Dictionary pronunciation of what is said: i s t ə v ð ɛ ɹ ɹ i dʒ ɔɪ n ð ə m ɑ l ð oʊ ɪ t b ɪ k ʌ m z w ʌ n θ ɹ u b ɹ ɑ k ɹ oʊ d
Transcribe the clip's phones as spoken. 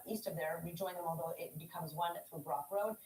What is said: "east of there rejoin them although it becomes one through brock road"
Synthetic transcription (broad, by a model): i s t ə v ð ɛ ɹ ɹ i dʒ ɔɪ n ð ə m ɑ l ð oʊ ɪ t b ɪ k ʌ m z w ʌ n θ ɹ u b ɹ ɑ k ɹ oʊ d